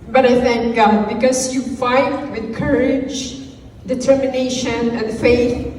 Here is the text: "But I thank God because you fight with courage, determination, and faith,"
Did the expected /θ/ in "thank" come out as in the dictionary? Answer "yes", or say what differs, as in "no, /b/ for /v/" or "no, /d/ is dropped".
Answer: yes